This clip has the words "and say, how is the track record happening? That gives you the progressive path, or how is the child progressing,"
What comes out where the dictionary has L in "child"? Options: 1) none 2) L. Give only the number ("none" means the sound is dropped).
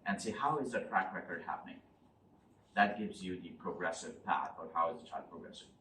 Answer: 1